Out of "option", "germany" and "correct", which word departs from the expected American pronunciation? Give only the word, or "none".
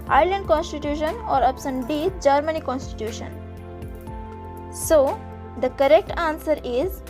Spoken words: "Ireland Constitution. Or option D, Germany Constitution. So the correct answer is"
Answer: option